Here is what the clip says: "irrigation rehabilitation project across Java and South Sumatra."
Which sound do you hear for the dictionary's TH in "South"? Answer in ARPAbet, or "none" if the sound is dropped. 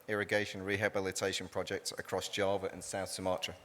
TH